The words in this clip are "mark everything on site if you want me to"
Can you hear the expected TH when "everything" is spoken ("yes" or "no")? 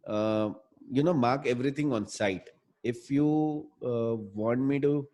no